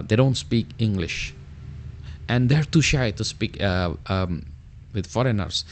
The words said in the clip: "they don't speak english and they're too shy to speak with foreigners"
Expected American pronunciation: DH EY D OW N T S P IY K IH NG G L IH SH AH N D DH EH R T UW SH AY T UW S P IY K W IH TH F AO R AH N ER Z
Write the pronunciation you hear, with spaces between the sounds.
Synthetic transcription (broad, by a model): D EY D OW N T S P IY K IH NG G L IH SH AH N D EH R T UW SH AY T UW S P IY K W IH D F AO R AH N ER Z